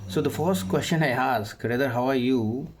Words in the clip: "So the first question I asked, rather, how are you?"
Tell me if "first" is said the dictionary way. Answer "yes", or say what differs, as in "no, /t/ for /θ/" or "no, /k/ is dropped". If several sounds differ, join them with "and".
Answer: yes